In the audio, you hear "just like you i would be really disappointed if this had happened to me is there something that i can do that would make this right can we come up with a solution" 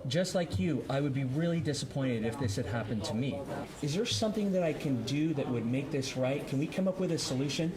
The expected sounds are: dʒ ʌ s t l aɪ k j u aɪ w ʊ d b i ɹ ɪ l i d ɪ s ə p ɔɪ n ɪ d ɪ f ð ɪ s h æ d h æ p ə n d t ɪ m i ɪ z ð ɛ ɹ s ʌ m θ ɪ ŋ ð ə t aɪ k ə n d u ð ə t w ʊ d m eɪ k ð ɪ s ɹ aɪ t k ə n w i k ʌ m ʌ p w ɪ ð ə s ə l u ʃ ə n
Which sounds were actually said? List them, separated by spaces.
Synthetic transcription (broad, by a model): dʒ ʌ s t l aɪ k j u aɪ w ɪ d b i ɹ ɪ l i d ɪ s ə p ɔɪ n ɪ d ɪ f ð ɪ s h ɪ d h æ p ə n t ɪ m i ɪ z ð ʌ ɹ s ʌ m θ ɪ ŋ ð ə t aɪ k ə n d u ð ə t w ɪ d m eɪ k ð ɪ s ɹ aɪ t k ə n w i k ʌ m ʌ p w ɪ ð ə s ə l u ʃ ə n